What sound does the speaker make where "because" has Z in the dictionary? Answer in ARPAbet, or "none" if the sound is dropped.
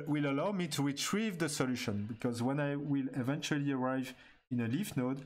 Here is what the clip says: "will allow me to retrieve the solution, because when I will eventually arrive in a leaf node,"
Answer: Z